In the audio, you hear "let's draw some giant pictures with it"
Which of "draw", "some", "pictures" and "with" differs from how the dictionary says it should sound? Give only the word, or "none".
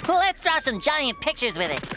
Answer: none